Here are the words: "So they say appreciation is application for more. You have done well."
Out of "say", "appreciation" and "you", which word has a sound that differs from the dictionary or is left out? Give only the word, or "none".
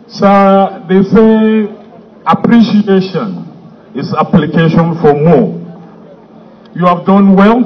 none